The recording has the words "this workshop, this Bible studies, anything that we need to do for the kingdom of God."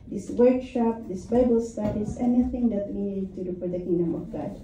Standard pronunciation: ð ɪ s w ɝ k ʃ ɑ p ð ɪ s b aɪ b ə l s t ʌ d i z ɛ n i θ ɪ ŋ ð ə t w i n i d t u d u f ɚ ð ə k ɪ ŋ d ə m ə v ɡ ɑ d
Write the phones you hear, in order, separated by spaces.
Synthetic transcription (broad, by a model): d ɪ s w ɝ k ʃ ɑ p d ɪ s b aɪ b ə l s t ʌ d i s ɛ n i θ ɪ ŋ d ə t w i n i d t u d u p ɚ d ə k ɪ ŋ d ə m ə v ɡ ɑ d